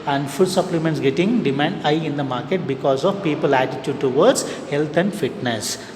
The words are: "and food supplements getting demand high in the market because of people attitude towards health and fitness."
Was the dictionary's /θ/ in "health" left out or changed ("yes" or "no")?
yes